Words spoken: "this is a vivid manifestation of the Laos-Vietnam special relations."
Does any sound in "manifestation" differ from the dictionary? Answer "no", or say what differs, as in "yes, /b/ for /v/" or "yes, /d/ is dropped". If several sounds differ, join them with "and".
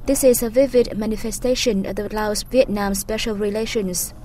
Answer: no